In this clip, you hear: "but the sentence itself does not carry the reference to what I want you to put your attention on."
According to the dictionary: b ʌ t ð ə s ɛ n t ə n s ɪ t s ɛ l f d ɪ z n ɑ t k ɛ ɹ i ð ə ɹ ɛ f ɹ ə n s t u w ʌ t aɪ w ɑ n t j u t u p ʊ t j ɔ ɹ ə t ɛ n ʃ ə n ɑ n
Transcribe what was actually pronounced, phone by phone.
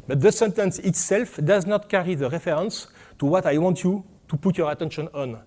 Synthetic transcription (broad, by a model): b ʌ t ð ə s ɛ n t ə n s ɪ t s ɛ l f d ɪ z n ɑ t k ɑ ɹ i ð ə ɹ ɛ f ɹ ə n s t u w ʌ t aɪ w ɑ n t j u t u p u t j ɔ ɹ ə t ɛ n ʃ ə n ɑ n